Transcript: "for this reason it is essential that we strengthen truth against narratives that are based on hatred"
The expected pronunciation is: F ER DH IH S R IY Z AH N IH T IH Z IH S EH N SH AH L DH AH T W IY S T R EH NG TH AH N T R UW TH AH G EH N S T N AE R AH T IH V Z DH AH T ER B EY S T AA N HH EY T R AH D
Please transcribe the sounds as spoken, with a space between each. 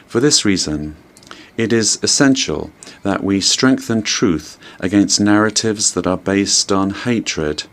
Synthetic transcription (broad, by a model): F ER DH IH S R IY Z AH N IH T IH Z IH S EH N SH AH L DH AH T W IY S T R EH NG TH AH N T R UW TH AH G EH N S N AE R AH T IH V Z DH AH T ER B EY S T N HH EY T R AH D